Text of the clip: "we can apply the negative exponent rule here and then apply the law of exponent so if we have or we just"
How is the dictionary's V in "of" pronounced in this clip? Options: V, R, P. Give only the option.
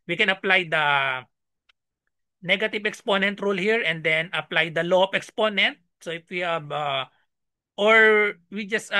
P